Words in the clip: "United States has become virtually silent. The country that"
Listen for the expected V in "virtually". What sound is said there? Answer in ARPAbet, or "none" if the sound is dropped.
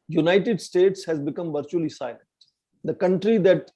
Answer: V